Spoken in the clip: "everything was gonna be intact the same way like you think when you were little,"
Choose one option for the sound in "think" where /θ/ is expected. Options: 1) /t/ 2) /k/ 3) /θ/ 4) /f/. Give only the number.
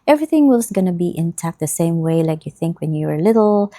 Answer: 3